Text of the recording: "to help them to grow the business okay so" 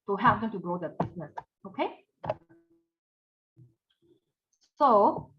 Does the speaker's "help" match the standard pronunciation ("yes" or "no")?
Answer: no